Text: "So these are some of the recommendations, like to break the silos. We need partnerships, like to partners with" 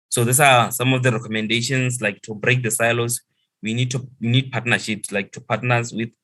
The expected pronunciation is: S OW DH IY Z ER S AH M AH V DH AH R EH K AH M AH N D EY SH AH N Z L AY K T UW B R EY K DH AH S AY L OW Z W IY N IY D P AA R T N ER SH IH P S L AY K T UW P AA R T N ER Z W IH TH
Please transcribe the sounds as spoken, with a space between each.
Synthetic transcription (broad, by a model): S OW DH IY S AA S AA M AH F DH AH R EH K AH M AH N D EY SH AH N S L AY K T UW B R EY K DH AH S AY L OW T W IY N IY D P AA T N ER SH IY P S L AY K T UW P AA T N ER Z W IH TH